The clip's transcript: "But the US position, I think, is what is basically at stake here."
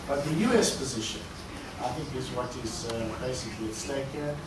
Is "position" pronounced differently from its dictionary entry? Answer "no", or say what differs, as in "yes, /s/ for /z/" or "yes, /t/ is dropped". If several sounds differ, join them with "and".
no